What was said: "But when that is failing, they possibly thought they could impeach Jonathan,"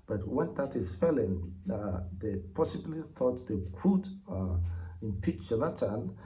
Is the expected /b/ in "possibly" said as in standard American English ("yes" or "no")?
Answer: yes